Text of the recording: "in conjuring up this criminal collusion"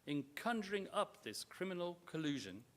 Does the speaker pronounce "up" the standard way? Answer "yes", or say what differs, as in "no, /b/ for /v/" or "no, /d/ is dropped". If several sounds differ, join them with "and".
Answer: yes